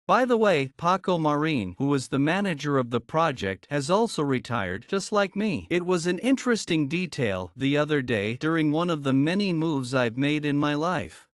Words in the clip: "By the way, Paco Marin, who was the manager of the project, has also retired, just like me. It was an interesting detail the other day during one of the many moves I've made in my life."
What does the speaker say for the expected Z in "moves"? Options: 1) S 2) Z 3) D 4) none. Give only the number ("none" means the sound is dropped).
2